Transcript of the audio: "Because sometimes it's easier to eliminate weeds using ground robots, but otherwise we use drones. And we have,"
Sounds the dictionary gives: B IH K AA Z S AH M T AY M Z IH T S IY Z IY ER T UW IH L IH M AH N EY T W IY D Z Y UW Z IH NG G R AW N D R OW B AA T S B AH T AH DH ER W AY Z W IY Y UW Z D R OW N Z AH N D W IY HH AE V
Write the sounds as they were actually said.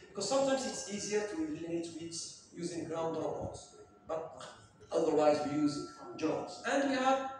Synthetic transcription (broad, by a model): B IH K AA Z S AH M T AY M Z IH T S IY Z IY ER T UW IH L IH AH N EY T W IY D Y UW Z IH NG G R AW N D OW AA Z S B AH T AH DH ER W AY Z W IY Y UW Z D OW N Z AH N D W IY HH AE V